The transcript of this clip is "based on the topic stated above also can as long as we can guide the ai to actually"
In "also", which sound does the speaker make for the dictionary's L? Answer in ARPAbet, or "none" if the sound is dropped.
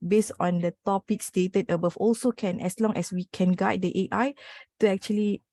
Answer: L